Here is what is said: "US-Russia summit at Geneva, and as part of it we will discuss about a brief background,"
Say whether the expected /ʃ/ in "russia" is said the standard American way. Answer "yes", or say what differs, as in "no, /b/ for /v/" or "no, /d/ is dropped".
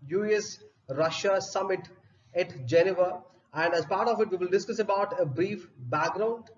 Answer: yes